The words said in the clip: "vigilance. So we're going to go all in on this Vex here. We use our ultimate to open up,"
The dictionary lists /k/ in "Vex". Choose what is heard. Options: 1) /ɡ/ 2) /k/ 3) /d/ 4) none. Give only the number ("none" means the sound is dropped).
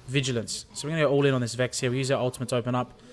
2